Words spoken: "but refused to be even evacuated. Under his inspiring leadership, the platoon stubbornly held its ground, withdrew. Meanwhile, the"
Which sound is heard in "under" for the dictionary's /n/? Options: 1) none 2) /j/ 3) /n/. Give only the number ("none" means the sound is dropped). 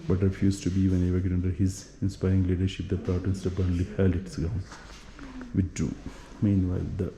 1